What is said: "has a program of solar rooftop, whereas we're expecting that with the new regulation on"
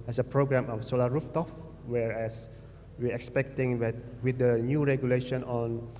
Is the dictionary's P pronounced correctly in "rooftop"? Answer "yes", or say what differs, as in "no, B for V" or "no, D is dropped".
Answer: no, F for P